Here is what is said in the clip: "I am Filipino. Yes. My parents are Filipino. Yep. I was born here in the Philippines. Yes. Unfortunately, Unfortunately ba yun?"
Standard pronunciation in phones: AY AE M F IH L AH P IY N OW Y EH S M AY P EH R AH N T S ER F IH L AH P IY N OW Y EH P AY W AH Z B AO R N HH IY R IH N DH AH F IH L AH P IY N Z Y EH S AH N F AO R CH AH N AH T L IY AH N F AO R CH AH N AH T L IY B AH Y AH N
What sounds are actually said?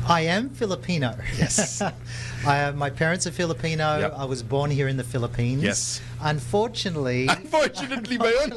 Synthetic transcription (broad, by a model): AY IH M F IH L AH P IY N OW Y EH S M AY P EH R AH N T S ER F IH L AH P IY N OW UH AY W AH Z B AO R N HH IY R IH N DH AH F IH L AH P IY N Y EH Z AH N F AO R CH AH N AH T L IY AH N F AO R CH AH N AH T L IY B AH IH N